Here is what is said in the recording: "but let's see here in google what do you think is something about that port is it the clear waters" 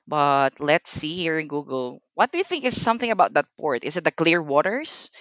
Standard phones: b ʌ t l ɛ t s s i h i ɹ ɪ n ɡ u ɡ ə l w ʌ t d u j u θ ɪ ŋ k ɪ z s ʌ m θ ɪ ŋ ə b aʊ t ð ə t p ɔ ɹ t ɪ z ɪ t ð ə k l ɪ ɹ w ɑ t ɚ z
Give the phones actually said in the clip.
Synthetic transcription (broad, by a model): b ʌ t l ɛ t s s i h i ɹ ɪ n ɡ u ɡ ə l w ʌ t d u j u θ ɪ ŋ k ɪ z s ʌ m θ ɪ ŋ ə b aʊ t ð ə t p ɔ ɹ t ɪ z ɪ t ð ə k l ɪ ɹ w ɑ t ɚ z